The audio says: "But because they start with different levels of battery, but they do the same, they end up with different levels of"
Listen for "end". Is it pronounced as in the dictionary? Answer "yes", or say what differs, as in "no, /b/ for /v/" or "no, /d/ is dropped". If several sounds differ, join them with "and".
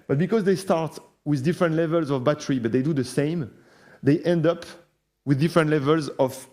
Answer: yes